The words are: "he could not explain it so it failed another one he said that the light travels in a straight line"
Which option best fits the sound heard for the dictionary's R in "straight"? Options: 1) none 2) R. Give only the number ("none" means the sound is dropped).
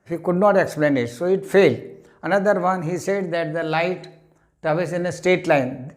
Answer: 1